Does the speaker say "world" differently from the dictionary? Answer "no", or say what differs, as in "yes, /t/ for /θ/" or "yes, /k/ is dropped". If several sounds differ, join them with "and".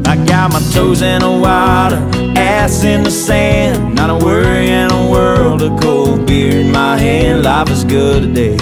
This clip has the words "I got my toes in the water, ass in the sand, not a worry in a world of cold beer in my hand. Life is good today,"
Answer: no